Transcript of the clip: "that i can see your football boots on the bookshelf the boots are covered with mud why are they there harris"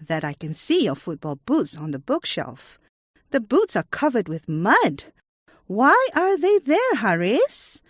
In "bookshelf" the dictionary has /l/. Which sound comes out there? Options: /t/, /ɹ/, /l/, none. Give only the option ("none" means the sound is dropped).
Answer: /l/